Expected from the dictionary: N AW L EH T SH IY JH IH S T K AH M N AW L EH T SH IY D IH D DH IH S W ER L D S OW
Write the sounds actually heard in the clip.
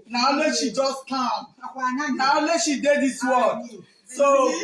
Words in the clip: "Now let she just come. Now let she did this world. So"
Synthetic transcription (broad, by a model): N AW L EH SH IY JH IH S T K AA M N AW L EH SH IY D IH D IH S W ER D S OW